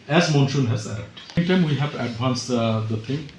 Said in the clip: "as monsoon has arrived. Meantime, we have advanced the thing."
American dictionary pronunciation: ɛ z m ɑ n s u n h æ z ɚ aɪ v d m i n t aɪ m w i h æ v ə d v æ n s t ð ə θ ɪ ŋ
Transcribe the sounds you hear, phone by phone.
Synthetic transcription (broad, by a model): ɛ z m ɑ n ʃ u n h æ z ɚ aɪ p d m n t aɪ m w i h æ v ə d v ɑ n s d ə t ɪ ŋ